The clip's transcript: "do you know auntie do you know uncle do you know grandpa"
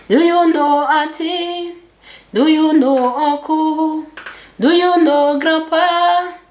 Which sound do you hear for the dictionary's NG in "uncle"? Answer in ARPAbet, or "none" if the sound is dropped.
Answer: none